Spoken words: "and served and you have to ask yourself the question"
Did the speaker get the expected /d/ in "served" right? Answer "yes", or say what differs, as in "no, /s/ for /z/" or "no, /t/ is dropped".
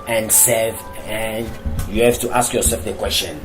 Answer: no, /d/ is dropped